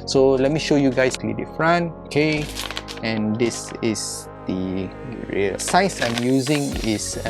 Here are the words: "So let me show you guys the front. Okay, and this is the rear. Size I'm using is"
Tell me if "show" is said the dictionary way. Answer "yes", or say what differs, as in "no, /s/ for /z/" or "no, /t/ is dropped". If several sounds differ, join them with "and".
yes